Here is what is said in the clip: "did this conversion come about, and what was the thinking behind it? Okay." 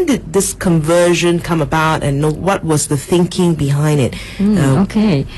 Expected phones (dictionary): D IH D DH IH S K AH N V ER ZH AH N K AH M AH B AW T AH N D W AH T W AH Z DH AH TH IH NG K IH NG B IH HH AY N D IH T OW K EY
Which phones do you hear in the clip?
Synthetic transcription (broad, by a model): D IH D DH IH S K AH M V ER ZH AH N K AH M AH B AW T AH N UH W AH T W AH Z DH AH TH IH NG K IH NG B IH HH AY N D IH T OW K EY